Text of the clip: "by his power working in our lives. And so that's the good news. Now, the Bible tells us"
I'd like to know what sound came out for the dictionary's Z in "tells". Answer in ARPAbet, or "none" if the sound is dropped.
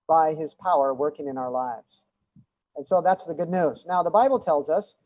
Z